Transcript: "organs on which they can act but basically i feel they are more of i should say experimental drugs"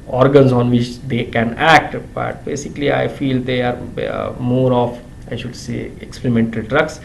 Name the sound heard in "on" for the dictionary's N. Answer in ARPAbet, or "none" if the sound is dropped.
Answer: N